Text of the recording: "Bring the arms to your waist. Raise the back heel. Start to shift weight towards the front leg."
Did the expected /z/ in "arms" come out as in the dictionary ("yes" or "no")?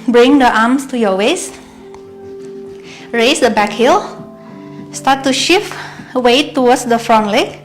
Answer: no